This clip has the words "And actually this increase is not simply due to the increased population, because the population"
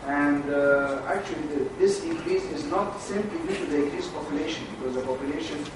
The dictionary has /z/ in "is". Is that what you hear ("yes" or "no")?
yes